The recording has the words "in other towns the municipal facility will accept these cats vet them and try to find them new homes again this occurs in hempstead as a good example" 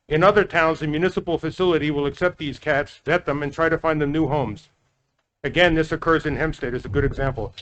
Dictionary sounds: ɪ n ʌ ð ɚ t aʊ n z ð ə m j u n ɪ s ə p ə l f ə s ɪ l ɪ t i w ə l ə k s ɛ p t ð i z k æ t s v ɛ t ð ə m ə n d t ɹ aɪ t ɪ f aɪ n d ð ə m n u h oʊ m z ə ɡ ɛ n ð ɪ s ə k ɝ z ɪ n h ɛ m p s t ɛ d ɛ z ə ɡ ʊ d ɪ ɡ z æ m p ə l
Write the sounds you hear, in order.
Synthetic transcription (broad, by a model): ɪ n ʌ ð ɚ t aʊ n z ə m j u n ɪ s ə p l f ə s ɪ l ɪ t i w ə l ə k s ɛ p t ð i z k æ t s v ɛ t ð ə m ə n t ɹ aɪ t ɪ f aɪ n ð ə m n u h oʊ m z ə ɡ ɛ n ð ɪ s ə k ɝ z ɪ n h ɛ m s t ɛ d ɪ z ə ɡ ʊ d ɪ ɡ z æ m p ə l